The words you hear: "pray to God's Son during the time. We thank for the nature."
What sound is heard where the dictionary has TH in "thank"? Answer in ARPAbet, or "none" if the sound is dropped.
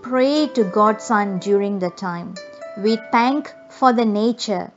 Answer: T